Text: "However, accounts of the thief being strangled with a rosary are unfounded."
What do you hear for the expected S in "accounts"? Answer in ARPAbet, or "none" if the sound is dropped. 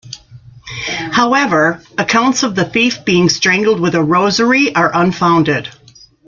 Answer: S